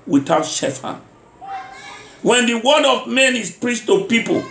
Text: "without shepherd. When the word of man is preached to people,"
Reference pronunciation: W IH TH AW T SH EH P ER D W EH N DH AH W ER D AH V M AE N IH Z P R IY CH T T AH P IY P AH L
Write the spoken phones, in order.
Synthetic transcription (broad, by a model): W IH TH AW T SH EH F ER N W EH N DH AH W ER D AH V M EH N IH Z P R IY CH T T AH P IY P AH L